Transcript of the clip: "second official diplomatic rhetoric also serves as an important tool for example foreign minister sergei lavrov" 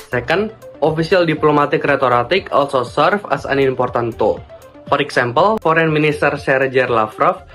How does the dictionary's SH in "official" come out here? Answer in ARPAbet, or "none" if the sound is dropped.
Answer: S